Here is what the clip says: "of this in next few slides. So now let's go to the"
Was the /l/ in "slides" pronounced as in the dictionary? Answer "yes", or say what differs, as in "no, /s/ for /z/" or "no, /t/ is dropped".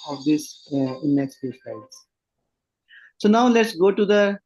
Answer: no, /l/ is dropped